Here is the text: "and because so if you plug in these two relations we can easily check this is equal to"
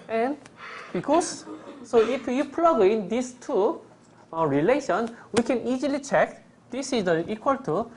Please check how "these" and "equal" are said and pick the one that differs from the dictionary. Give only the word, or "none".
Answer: these